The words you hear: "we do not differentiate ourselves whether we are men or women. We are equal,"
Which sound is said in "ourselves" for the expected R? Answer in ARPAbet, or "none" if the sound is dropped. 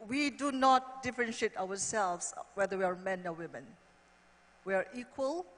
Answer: W